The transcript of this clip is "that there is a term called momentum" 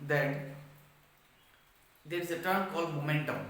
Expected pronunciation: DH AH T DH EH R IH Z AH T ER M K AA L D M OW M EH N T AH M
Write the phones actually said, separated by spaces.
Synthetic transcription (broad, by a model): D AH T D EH R IH Z AH T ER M K AA L D M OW M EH N T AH M